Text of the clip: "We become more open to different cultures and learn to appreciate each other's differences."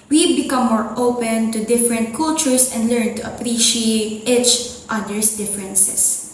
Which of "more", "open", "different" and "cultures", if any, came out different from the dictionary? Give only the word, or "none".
cultures